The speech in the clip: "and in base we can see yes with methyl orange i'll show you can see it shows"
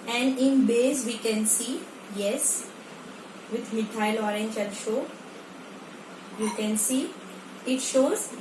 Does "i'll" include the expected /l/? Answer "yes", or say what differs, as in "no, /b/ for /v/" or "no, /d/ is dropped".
no, /n/ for /l/